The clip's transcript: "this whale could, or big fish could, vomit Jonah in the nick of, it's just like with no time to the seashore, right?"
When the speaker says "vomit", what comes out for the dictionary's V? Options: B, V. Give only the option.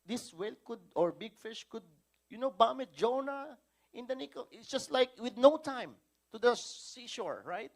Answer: B